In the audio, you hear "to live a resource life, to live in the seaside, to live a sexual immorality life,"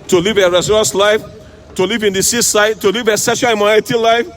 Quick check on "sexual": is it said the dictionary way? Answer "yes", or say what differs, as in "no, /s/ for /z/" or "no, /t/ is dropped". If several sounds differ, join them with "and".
no, /k/ is dropped